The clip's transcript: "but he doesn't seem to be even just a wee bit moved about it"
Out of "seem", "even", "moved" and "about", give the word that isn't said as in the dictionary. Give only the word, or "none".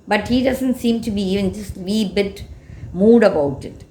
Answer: moved